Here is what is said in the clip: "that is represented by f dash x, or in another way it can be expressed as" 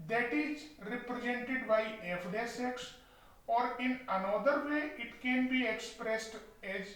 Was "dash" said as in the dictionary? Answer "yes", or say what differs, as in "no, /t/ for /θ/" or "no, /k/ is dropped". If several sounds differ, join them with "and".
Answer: no, /s/ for /ʃ/